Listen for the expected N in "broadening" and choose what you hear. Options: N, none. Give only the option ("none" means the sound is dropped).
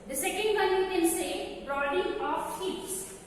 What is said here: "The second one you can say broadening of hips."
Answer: none